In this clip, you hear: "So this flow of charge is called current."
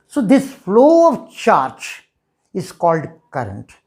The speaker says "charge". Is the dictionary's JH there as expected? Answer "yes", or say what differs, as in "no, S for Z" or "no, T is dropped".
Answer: no, CH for JH